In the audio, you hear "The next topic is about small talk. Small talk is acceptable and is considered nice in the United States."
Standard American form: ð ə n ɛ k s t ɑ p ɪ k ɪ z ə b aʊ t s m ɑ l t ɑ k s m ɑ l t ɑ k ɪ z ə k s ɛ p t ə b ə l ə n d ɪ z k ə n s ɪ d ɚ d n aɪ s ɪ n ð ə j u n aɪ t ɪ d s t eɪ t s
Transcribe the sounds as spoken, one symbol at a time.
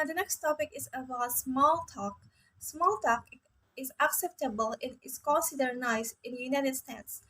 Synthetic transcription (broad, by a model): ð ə n ɛ k s t ɑ p ɪ k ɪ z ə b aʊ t s m ɑ l t ɑ k s m ɑ l t ɑ k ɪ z ə k s ɛ p t ə b ə l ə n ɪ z k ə n s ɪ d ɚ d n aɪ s ɪ n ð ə j u n aɪ t ɪ d s t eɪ t s